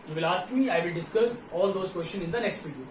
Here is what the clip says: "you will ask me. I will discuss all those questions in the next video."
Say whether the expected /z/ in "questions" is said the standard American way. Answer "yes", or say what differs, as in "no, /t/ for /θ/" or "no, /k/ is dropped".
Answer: no, /z/ is dropped